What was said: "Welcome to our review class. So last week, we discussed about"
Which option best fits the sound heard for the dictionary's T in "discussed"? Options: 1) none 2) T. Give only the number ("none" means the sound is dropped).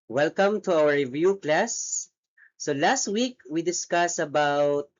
1